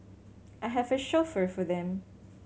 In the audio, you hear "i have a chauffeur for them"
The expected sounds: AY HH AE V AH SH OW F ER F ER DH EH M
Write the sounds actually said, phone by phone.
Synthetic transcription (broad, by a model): AY HH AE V AH SH OW F ER F ER DH EH M